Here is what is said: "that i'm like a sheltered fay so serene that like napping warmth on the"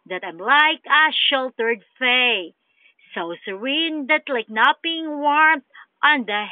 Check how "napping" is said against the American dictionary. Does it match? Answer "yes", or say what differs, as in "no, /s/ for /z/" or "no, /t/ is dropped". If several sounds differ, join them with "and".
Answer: no, /b/ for /p/